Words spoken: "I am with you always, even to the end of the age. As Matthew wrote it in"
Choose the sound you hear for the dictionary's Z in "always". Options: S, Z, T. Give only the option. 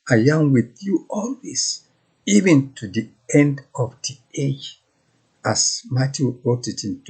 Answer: S